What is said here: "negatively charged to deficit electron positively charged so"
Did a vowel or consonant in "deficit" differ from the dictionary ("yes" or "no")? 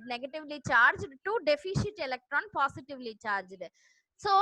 yes